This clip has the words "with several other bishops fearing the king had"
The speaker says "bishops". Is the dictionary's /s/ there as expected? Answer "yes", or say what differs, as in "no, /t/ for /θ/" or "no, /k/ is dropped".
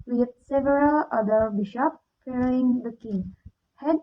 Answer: no, /s/ is dropped